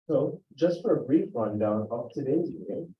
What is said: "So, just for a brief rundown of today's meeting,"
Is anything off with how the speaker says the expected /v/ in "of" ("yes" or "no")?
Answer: yes